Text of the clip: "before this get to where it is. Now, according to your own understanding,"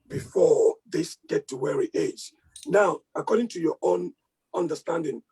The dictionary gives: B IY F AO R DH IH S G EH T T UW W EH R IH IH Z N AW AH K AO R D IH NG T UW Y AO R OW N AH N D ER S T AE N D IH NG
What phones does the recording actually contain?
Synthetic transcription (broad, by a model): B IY F AO DH IH S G EH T T UW W EH R IH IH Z N AW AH K AO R D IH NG T UW Y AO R OW N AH N D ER S T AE N D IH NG